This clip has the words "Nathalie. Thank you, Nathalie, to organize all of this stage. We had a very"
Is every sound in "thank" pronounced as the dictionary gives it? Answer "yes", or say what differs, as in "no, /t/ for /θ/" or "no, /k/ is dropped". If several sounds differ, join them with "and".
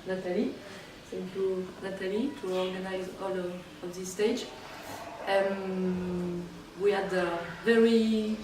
no, /s/ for /θ/